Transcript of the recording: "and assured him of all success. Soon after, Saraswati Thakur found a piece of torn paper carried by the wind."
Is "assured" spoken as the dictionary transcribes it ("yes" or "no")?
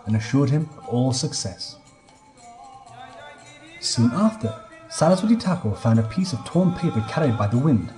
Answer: yes